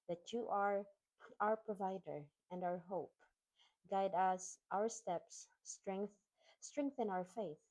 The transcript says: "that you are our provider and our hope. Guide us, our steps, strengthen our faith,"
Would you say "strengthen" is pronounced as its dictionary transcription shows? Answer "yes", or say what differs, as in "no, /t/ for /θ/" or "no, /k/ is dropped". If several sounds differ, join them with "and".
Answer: no, /θ/ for /s/